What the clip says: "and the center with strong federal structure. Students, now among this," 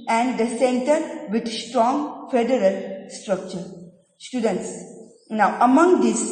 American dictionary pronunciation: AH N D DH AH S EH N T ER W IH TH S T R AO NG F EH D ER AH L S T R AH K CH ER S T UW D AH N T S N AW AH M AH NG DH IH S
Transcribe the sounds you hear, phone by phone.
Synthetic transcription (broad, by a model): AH N D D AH S EH N T ER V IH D S T R AO NG F EH D ER AH L S T R AH K CH ER S T UW D AH N T S N AW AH M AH NG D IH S